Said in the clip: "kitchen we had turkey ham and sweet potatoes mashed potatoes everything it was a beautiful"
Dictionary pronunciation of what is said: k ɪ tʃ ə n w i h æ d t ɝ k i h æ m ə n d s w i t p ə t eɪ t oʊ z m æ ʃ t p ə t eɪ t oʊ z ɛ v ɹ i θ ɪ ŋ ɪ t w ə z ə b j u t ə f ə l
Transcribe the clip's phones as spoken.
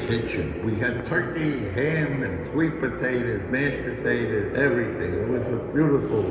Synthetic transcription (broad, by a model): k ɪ tʃ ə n w i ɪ d t ɝ k i h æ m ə n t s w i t p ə t eɪ t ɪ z m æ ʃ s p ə t eɪ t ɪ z ɛ v ɹ i θ ɪ ŋ ɪ t w ə z ə b j u t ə f l